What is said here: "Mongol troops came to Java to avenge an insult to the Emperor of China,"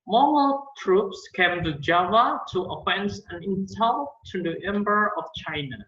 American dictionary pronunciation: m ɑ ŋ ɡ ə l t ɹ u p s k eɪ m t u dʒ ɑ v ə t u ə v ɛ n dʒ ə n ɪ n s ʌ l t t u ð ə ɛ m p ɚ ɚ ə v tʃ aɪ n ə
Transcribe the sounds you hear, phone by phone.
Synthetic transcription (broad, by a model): m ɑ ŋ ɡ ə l t ɹ u p s k eɪ m t u dʒ ɑ v ə t u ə f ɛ n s ə n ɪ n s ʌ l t t u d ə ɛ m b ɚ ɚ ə f tʃ aɪ n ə